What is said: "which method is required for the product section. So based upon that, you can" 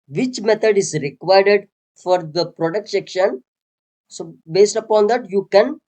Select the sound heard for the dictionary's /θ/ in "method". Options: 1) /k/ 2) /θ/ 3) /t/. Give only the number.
3